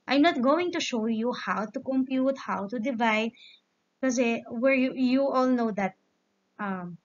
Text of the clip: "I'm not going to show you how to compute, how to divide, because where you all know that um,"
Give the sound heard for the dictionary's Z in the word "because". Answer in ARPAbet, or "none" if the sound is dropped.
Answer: none